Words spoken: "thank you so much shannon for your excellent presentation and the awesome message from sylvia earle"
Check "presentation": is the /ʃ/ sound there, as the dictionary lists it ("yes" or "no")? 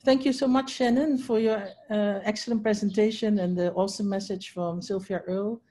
yes